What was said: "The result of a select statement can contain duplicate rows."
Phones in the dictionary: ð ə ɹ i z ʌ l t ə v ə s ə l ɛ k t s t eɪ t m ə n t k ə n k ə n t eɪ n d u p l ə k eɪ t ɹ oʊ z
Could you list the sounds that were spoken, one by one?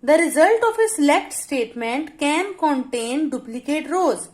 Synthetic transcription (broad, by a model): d ə ɹ i z ʌ l t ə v ə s l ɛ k t s t eɪ t m ə n t k ə n k ə n t eɪ n d u p l ə k eɪ t ɹ oʊ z